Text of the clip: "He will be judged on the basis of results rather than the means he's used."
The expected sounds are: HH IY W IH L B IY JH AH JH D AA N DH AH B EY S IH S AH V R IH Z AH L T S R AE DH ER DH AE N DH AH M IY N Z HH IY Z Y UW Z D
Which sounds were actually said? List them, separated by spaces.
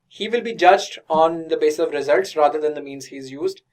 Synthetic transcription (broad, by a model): HH IY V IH L B IY JH AH JH D AA N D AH B EY S IH S AH V R IH Z AH L T S R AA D ER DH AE N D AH M IY N Z HH IY Z Y UW Z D